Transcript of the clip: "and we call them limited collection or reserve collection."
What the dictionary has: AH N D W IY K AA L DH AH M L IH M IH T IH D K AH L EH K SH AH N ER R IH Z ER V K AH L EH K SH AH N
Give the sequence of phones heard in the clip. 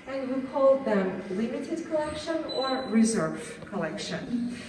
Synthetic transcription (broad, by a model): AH N W IY K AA L DH AH M L IH M IH T IH D K AH L EH K SH AH N ER R IH Z ER V K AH L EH K SH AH N